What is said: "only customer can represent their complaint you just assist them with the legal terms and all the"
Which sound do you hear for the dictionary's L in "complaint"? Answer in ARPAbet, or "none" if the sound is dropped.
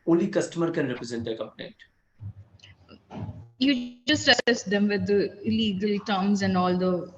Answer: N